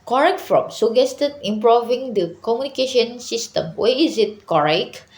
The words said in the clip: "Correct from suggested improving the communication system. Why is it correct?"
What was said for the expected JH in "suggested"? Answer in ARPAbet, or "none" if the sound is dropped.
none